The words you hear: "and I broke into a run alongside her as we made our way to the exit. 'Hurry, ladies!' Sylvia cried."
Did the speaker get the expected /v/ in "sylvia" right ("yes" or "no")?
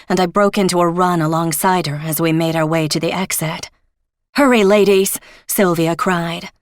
yes